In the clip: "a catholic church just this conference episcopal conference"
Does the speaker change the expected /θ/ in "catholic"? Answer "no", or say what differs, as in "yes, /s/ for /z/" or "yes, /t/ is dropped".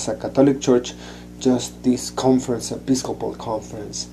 yes, /t/ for /θ/